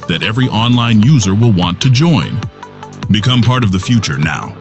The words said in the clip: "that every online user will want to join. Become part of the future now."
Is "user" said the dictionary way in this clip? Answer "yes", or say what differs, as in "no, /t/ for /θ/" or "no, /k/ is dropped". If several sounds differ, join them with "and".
yes